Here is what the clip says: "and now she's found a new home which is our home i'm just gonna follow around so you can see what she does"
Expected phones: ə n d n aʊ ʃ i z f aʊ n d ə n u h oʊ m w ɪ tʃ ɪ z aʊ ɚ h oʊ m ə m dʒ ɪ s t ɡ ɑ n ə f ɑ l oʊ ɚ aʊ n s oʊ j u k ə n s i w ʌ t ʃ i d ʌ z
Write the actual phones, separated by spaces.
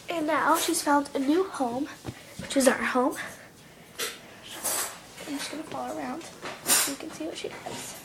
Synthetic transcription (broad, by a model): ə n n aʊ ʃ i z f aʊ n d ə n u h oʊ m w ɪ tʃ ɪ z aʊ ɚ h oʊ ə m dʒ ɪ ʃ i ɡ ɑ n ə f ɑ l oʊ ɚ aʊ n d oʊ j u k ə n s i w ʌ t ʃ i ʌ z